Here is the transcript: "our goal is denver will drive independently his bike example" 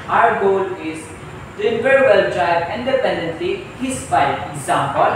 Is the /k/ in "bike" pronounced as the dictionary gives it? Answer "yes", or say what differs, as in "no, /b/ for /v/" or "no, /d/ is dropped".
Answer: no, /k/ is dropped